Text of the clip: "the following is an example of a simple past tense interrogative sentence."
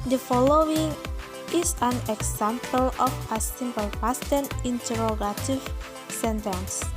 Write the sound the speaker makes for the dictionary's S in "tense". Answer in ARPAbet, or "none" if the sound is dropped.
none